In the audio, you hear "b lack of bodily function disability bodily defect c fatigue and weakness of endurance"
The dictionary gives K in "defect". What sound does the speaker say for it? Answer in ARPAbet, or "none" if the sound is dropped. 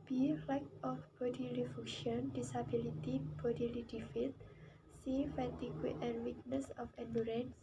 none